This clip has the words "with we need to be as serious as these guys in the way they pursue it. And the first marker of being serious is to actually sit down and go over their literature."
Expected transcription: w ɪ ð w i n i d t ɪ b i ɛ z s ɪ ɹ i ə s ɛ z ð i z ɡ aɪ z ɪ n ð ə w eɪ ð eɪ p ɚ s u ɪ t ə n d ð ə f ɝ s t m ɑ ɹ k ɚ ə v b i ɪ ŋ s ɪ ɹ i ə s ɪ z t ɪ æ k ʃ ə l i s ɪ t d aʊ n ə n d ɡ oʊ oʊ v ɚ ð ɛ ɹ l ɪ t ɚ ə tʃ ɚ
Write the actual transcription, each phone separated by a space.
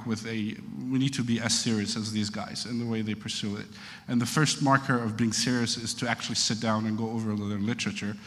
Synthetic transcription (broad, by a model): w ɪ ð w i n i d t ɪ b i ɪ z s ɪ ɹ i ə s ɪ z ð i z ɡ aɪ z ɪ n ð ə w eɪ ð eɪ p ɚ s u ɪ t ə n ð ə f ɝ s t m ɑ ɹ k ɚ ə v b i ɪ ŋ s ɪ ɹ i ə s ɪ z t ɪ æ k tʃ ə l i s ɪ t d aʊ n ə n ɡ oʊ oʊ v ɚ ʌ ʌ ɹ l ɪ t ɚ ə tʃ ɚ